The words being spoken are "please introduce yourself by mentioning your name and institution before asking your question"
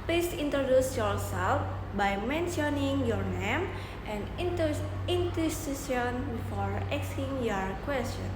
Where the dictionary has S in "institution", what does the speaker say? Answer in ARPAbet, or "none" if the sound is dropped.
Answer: none